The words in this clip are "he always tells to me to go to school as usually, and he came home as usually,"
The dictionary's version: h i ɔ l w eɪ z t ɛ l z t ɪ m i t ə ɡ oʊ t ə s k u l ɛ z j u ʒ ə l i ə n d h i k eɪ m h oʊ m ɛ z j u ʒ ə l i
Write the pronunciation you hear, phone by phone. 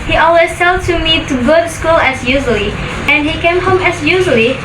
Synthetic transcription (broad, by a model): h i ɔ l w eɪ z s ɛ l t ɪ m i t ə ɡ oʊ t s k u l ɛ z j u ʒ ə l i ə n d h i k eɪ m h oʊ m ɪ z j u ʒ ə l i